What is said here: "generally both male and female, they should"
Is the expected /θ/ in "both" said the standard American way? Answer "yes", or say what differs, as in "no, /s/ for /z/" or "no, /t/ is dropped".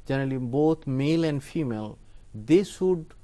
no, /t/ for /θ/